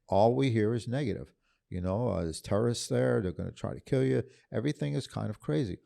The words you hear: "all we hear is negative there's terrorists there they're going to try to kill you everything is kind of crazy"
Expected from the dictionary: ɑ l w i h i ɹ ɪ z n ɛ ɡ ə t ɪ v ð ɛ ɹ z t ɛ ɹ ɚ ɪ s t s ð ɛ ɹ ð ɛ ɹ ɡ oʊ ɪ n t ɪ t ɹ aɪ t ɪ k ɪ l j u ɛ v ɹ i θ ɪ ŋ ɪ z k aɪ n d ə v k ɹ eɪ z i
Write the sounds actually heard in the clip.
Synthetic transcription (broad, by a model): ɑ l w i h i ɹ ɪ z n ɛ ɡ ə t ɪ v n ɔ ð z t ɛ ɹ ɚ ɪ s s ð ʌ ɹ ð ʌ ɹ ɡ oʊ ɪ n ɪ t ɹ aɪ t ɪ k ɪ l j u ɛ v ɹ i θ ɪ ŋ ɪ z k aɪ n d ə v k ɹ eɪ z i